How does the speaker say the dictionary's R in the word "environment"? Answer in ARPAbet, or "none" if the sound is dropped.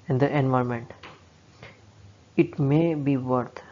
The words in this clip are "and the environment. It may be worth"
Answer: none